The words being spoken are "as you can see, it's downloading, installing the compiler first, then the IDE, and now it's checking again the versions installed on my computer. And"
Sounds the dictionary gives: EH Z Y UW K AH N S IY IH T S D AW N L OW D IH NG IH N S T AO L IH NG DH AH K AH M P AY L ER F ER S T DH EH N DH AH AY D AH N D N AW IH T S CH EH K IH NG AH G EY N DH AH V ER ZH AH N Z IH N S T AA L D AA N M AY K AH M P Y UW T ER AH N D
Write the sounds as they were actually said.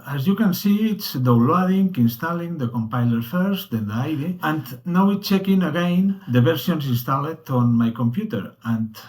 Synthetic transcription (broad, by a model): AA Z Y UW K AH N S IY IH T S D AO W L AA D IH NG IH N S T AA L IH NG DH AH K AH M P AY L ER F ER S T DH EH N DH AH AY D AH N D N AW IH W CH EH K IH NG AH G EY N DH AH B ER S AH N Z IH N S T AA L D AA N M AY K AH M P Y UW T ER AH N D